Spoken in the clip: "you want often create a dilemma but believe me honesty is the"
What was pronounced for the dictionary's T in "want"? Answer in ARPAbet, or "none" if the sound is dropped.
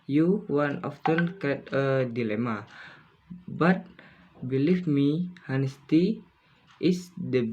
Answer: none